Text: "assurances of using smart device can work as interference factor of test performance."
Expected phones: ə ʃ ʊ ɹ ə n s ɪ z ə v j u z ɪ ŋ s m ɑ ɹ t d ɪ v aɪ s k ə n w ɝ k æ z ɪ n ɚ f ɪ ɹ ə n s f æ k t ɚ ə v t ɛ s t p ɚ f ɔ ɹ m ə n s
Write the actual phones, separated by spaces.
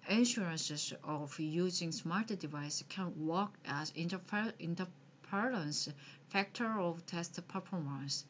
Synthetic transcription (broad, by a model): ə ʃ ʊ ɹ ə n s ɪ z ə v j u z ɪ ŋ s m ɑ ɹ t d ɪ v aɪ s k ə n w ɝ k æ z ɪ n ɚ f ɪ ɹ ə n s f æ k t ɚ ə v t ɛ s t p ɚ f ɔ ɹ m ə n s